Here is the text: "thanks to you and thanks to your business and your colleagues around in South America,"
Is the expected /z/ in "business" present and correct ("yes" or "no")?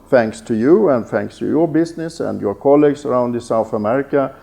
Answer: no